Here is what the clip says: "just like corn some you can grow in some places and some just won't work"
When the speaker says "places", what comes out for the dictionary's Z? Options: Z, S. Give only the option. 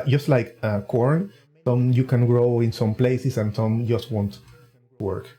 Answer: S